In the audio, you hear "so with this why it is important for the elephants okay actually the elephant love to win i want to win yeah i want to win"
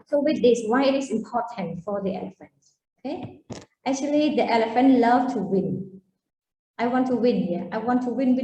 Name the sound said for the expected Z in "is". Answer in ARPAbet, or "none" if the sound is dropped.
S